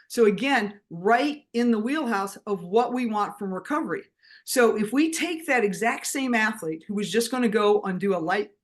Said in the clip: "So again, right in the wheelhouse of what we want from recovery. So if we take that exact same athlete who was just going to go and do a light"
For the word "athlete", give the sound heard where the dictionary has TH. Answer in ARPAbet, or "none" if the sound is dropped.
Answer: TH